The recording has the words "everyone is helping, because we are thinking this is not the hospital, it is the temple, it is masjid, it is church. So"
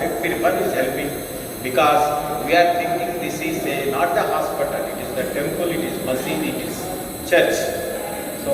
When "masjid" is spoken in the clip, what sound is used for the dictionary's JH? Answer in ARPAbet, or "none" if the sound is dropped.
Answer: none